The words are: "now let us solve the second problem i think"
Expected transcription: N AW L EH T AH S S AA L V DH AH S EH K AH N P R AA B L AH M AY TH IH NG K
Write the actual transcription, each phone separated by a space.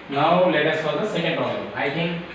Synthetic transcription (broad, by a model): N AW L EH T AH S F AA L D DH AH S EH K AH N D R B AH AY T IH NG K